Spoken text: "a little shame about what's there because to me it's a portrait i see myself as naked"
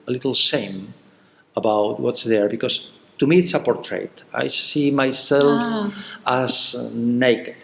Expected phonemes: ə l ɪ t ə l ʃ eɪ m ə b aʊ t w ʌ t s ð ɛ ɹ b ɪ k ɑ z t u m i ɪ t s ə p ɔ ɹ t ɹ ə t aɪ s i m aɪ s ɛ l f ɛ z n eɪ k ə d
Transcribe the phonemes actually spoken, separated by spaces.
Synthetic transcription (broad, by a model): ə l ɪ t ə l s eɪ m ə b aʊ t w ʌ t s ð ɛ ɹ b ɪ k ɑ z t u m i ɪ t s ə p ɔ ɹ t ɹ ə t aɪ s i m aɪ s ɛ l f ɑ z n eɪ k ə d